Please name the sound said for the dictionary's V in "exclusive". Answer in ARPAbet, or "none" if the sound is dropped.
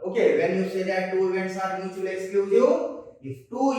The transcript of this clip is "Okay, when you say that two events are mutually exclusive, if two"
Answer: none